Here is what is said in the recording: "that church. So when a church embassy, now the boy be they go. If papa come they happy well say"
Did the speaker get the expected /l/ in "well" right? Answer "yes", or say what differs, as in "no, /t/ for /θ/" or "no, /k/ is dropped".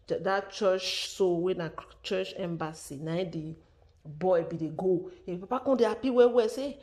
no, /w/ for /l/